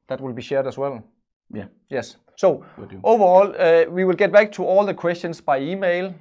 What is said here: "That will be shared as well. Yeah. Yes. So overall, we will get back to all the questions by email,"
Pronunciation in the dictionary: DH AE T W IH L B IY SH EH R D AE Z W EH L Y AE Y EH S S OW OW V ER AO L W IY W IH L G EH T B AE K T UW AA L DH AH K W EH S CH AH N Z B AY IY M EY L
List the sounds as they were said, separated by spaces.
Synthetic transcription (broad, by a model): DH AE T W IH L B IY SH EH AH D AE S W EH L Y Y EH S S OW OW V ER AO L W IY W IH L G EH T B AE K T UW AA L DH AH K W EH S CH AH N S B AY IY M EY L